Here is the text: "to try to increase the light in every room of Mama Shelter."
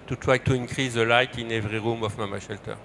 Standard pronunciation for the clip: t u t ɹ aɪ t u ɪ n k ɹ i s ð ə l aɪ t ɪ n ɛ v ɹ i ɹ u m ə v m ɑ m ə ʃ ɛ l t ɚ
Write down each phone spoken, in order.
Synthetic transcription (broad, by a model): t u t w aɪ t u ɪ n k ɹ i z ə l aɪ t ɪ n ɛ v ɹ i ɹ u m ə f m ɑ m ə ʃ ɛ l t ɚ